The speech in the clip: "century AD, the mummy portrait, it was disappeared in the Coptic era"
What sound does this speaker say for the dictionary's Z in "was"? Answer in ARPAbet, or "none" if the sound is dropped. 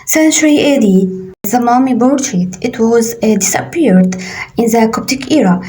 Z